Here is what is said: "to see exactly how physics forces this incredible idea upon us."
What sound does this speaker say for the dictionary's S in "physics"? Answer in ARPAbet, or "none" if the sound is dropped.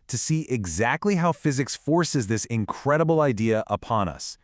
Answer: S